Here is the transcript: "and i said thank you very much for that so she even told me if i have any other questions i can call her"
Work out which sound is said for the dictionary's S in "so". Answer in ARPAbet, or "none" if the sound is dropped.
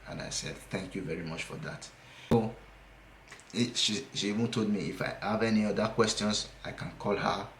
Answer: SH